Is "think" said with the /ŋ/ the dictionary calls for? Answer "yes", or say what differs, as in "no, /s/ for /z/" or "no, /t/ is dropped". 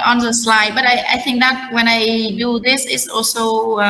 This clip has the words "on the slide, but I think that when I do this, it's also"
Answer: yes